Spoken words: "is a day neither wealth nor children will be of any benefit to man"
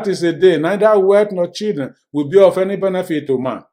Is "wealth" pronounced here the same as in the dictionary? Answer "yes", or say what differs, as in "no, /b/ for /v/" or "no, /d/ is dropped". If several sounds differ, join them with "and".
no, /t/ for /θ/